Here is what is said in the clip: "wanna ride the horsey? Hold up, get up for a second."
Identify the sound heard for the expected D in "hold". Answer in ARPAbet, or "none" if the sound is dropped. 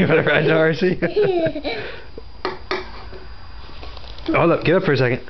none